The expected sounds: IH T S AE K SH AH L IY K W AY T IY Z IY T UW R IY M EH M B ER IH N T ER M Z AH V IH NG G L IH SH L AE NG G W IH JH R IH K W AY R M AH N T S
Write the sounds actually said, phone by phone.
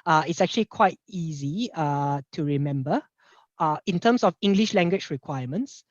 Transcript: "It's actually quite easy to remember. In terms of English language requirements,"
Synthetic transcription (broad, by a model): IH T S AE K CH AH L IY K W AY T IY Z IY T UW R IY M EH M B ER IH N T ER M S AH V IH NG G L IH SH L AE NG G W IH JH R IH K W AY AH M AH N T S